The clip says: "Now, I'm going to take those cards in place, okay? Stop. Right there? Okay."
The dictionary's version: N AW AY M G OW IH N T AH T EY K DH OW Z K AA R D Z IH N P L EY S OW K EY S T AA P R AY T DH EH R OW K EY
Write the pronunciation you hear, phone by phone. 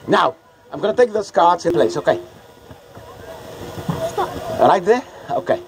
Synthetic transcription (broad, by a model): N AW AY M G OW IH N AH T EY K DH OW S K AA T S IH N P L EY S OW K EY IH R AY T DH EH OW K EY